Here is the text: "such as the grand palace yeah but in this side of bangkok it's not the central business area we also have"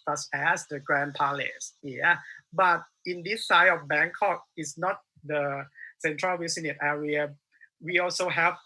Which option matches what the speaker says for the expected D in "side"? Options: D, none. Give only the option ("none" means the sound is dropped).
none